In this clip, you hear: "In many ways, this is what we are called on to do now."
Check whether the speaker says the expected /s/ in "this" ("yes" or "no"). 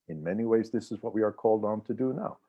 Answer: yes